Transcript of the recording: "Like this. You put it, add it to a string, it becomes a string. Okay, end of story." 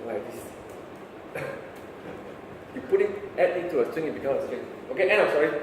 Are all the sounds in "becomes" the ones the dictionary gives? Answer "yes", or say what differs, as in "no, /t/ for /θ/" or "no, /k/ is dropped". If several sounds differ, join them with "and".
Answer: no, /z/ is dropped